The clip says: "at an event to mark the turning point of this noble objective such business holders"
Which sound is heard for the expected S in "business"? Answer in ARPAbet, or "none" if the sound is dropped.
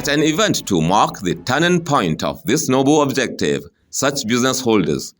S